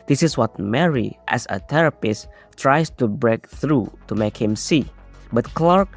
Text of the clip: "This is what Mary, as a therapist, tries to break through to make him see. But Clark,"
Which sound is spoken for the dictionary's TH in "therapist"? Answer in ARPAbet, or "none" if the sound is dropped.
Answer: T